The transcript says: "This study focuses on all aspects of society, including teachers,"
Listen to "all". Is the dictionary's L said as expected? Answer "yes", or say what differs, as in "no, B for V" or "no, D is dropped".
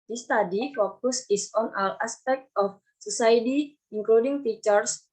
no, W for L